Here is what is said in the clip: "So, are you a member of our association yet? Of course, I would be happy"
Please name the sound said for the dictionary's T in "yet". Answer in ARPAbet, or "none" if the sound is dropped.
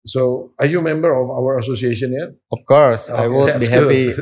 none